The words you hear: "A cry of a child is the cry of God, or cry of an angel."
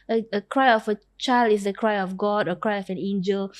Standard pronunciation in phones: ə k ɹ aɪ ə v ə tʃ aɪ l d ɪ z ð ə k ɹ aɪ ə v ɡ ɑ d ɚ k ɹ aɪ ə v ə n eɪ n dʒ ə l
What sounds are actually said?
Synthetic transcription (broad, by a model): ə k ɹ aɪ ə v ə tʃ aɪ l d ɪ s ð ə k ɹ aɪ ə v ɡ ɑ d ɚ k ɹ aɪ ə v ə n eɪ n dʒ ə l